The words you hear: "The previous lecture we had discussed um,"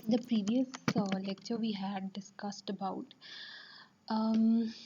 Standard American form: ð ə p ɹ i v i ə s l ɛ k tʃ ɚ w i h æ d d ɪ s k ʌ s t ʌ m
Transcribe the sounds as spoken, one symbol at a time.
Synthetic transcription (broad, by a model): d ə p ɹ i v i ə s l ɛ k tʃ ɚ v i h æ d d ɪ s k ʌ s t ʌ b